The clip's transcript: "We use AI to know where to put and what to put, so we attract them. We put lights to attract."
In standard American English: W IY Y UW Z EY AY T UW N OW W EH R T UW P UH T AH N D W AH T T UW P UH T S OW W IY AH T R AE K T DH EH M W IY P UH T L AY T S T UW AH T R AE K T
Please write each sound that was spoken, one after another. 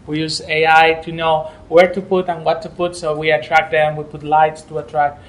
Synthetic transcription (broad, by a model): W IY Y UW Z EY AY T UW N OW W EH R T UW P UH T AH N W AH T T UW P UH T S OW W IY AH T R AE K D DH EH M W IY P UH T L AY T S T UW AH T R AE K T